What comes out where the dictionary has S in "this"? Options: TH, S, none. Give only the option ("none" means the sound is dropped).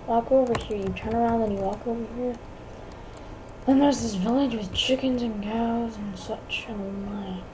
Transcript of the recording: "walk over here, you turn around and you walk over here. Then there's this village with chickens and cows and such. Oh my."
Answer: S